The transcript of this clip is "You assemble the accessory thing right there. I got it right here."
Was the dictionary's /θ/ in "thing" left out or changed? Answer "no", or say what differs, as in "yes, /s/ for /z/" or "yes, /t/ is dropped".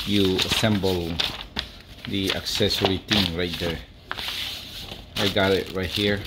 yes, /t/ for /θ/